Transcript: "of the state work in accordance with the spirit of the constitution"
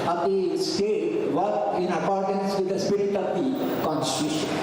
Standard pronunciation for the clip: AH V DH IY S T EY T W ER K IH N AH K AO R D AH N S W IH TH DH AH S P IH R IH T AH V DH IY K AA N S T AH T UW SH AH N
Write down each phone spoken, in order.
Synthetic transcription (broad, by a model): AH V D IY S T EY T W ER IH N AH K AO R D AH N S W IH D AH S P IH R IH T AH V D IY K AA N S T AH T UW SH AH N